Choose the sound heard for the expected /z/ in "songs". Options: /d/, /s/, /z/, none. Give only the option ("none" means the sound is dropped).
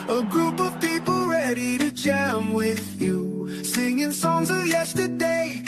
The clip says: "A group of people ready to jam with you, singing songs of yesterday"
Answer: /z/